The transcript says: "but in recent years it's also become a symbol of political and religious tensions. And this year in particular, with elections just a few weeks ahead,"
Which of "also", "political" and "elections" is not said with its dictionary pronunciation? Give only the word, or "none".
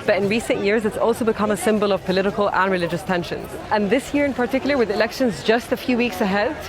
none